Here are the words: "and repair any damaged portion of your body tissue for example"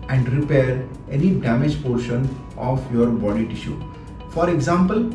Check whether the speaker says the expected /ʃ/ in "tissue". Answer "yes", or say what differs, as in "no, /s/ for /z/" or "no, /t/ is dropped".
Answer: yes